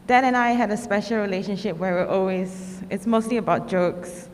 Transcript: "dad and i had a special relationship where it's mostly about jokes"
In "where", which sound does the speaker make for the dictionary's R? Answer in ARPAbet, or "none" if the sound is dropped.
L